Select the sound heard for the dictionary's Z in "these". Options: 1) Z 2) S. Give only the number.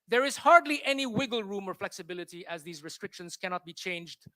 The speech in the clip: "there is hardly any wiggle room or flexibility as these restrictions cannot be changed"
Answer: 1